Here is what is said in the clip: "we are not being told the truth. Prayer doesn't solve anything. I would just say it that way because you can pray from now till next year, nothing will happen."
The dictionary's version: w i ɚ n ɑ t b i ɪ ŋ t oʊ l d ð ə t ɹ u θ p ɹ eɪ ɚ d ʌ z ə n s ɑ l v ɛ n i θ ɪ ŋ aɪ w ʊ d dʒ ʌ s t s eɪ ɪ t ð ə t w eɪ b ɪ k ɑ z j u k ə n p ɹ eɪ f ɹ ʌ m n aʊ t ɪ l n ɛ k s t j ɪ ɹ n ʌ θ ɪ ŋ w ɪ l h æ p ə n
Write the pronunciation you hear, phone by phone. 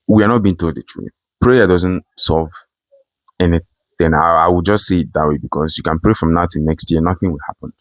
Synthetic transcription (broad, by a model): w i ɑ n ɑ t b i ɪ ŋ t oʊ l d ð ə t ɹ u θ p ɹ eɪ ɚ d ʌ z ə n s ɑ v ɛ n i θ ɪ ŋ aɪ w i dʒ ʌ s t s eɪ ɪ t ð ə t w eɪ b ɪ k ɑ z j u k ə n p ɹ eɪ f ɹ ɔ m n aʊ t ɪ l n ɛ k s t j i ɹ n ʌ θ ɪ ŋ w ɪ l h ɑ p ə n